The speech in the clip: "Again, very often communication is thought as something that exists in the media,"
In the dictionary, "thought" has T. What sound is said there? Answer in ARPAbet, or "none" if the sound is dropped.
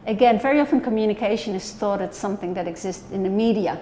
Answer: T